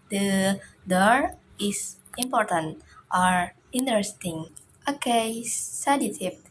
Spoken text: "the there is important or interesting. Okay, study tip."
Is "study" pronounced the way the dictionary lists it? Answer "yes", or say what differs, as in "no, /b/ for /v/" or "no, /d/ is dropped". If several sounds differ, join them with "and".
no, /s/ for /t/